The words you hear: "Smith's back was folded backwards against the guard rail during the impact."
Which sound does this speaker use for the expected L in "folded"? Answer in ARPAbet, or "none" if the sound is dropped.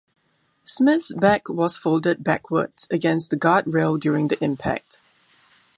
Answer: L